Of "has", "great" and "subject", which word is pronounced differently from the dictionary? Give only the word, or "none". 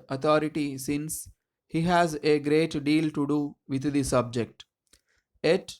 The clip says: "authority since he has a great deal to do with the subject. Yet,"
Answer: none